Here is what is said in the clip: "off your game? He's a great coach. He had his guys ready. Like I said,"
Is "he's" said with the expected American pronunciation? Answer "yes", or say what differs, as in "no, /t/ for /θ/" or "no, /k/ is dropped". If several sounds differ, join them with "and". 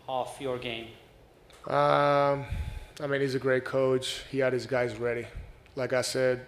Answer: yes